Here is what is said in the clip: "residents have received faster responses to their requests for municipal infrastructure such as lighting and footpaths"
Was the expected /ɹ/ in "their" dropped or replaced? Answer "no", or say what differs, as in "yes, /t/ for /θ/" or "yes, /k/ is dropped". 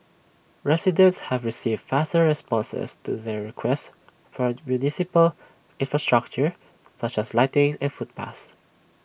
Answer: no